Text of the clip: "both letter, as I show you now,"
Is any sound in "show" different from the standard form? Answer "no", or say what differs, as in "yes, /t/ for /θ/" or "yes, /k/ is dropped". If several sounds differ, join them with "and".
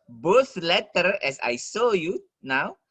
yes, /s/ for /ʃ/